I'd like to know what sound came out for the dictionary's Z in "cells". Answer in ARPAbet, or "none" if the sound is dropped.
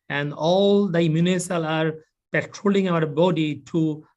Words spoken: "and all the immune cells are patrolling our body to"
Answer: none